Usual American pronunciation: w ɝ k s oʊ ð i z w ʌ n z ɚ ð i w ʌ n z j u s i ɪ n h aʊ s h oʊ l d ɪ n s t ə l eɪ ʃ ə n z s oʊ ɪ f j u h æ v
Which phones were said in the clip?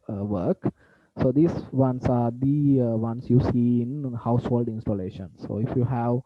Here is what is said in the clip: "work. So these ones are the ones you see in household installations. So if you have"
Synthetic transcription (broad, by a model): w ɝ k s oʊ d i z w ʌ n s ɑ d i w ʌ n s j u s i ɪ n h aʊ s h oʊ l d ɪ n s t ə l eɪ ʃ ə n s oʊ ɪ f j u h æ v